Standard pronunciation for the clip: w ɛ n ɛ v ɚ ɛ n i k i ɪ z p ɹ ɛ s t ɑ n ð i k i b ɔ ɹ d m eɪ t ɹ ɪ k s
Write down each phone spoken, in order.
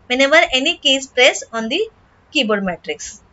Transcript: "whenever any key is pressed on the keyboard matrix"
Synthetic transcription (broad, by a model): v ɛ n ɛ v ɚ ɛ n i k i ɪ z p ɹ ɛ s ɑ n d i k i b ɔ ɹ d m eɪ t ɹ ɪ k s